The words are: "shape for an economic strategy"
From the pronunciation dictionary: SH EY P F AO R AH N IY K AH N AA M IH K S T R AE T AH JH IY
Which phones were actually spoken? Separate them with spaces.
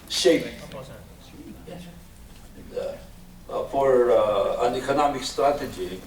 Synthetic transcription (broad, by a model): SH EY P F AO R AH N IY K AH N AA M IH K S T R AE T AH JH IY